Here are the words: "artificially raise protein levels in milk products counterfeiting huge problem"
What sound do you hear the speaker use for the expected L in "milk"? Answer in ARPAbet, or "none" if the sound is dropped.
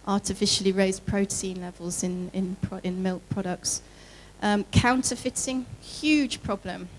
L